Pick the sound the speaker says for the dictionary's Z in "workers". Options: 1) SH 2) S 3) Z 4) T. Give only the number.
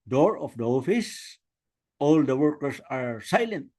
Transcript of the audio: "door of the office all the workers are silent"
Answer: 2